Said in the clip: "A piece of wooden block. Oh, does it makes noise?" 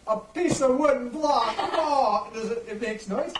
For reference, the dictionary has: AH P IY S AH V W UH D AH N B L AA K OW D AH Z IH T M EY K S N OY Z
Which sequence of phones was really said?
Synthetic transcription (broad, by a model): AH P IY S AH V W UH D N B L AA K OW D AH Z IH T M EY K S N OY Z